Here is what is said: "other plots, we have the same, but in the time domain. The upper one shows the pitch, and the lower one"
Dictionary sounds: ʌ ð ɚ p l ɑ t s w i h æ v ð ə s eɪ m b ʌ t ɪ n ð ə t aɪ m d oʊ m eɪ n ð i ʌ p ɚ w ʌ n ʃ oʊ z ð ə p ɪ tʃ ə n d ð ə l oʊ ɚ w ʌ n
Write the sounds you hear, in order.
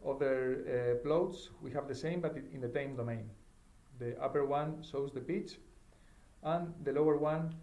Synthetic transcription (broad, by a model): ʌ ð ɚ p l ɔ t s w i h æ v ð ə s eɪ m b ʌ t ɪ n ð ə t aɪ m d oʊ m eɪ n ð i ʌ p ɚ w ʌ n s oʊ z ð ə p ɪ tʃ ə n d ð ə l oʊ ɚ w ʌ n